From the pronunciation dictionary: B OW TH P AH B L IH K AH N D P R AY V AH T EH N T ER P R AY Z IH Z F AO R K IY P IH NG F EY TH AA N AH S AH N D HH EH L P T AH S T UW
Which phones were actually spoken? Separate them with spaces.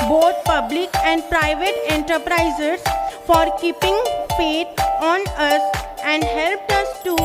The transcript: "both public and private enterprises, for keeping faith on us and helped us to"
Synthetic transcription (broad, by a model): B OW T P AH B L IH K AH N D P R AY V AH T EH N T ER P R AY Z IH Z F AO R K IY P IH NG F EY T AA N AH S AH N D HH EH L P T AH S T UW